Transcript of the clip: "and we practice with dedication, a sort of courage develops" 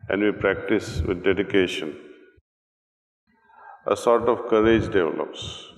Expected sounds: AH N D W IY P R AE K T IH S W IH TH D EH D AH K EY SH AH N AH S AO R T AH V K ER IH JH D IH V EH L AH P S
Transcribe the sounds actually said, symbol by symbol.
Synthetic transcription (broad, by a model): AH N D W IY P R AE K T IH S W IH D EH D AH K EY SH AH N AH S AO R T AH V K ER IH JH D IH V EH L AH P S